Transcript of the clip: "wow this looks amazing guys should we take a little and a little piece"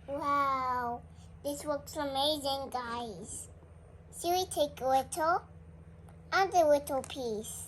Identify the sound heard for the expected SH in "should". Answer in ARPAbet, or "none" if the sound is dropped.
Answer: S